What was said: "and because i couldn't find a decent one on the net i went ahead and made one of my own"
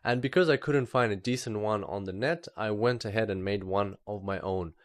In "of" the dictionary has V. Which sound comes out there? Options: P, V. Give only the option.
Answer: V